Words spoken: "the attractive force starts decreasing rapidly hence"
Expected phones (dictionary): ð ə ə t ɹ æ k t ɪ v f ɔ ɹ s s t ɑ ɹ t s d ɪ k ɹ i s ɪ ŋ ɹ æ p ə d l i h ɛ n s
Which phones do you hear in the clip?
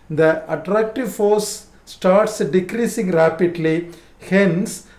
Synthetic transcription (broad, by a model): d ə ə t ɹ æ k t ɪ v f ɔ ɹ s s t ɑ ɹ t s d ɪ k ɹ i s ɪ ŋ ɹ æ p ə d l i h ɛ n s